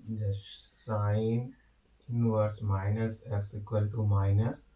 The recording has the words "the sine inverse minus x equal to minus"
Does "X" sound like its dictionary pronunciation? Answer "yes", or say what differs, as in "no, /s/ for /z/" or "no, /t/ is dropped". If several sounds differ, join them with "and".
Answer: no, /k/ is dropped